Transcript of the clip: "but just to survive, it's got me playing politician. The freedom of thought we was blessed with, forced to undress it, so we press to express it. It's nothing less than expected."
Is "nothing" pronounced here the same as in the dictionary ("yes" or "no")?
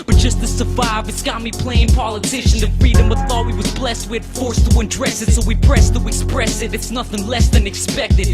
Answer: yes